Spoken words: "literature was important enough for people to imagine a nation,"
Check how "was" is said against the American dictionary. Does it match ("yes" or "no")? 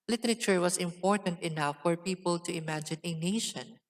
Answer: no